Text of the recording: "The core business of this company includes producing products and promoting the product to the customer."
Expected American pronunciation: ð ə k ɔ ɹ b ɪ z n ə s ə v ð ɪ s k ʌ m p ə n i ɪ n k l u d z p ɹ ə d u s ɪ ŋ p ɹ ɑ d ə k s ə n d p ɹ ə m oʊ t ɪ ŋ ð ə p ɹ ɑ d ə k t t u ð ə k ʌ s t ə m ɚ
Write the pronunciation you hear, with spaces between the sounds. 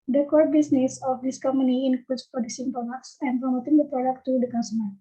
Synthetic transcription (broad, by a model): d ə k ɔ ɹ b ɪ s n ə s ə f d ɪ s k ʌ m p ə n i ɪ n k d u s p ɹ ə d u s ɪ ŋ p ɑ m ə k s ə n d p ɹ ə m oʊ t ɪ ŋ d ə p ɹ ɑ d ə k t t u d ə k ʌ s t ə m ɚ